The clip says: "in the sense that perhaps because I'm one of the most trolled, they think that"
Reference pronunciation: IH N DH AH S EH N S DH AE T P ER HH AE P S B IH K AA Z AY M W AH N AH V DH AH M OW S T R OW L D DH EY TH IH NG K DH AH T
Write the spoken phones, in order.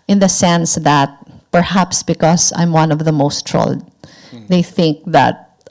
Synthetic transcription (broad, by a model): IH N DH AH S EH N S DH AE T P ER HH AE P S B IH K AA S AY M W AH N AH V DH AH M OW S T R OW L D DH EY TH IH NG K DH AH T